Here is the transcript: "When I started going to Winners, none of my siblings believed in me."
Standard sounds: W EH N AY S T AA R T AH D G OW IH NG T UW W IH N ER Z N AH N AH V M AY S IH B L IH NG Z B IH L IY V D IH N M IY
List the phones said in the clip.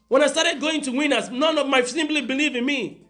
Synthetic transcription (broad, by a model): W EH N AY S T AA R T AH D G OW IH NG T UW W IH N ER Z N AH N AH V M AY S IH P L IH B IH L IY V IH N M IY